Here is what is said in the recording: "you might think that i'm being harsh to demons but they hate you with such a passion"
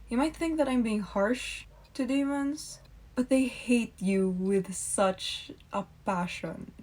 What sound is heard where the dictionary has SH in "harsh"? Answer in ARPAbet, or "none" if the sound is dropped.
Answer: SH